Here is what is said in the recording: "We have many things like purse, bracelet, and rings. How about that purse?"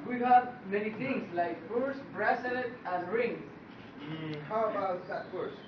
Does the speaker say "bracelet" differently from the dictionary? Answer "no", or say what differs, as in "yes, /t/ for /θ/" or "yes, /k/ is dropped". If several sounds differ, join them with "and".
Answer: yes, /l/ is dropped